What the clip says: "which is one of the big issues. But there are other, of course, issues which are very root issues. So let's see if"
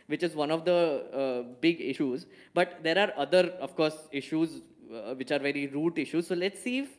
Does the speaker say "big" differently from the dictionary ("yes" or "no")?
no